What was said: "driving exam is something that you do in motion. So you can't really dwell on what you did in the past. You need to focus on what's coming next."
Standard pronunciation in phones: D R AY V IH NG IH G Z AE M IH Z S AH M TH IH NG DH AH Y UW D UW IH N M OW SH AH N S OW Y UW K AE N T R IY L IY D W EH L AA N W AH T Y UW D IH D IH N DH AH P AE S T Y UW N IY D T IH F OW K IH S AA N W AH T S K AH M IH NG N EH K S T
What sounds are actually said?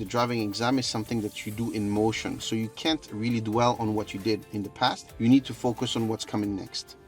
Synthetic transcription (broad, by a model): D R AY V IH NG IH G Z AE M IH Z S AH M TH IH NG DH AH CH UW D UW IH N M OW SH AH N S OW Y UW K AE N T R IY L IY D W EH L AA N W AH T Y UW D IH D IH N DH AH P AE S T Y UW N IY D T IH F OW K IH S N W AH T S K AH M IH NG N EH K S T